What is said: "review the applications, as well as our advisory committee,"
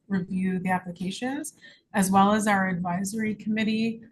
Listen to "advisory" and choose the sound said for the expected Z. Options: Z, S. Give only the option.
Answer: Z